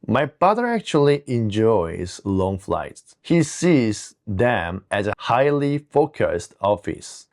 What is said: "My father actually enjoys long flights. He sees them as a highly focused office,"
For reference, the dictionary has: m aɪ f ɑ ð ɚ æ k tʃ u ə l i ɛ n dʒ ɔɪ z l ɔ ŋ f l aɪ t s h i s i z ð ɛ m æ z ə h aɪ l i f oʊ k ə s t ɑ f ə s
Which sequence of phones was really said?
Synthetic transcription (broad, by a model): m aɪ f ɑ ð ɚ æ k tʃ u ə l i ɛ n dʒ ɔɪ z l ɔ ŋ f l aɪ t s h i s i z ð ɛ m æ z ə h aɪ l i f oʊ k ə s t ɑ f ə s